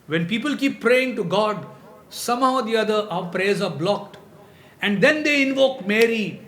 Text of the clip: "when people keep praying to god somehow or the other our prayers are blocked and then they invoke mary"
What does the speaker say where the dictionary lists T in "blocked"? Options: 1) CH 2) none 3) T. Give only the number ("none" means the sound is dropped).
3